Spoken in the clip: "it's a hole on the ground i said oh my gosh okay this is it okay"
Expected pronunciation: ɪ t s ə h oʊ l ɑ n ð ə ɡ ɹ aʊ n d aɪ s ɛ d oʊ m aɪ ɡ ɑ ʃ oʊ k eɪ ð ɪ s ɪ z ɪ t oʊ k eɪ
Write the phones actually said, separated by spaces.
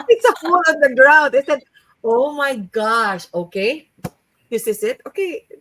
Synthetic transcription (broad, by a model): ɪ t s ə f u l ɑ n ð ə ɡ ɹ aʊ n d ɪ s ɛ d oʊ m aɪ ɡ ɑ ʃ oʊ k eɪ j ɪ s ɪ s ɪ t oʊ k eɪ